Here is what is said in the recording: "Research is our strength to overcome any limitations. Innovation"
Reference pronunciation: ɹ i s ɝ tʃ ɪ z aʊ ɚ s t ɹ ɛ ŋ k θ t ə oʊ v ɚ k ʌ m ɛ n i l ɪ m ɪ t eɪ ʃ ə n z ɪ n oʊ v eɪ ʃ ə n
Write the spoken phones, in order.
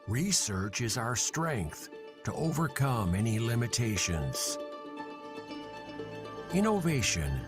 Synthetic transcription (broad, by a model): ɹ i s ɝ tʃ ɪ z aʊ ɚ s t ɹ ɛ ŋ k θ t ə oʊ v ɚ k ʌ m ɛ n i l ɪ m ɪ t eɪ ʃ ə n z ɪ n oʊ v eɪ ʃ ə n